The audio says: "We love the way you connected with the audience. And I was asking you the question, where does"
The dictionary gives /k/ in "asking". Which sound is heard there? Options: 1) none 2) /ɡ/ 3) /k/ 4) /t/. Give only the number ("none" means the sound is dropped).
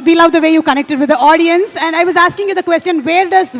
3